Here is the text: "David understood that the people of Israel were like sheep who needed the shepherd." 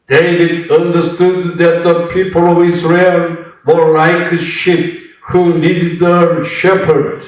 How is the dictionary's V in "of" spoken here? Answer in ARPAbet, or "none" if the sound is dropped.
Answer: V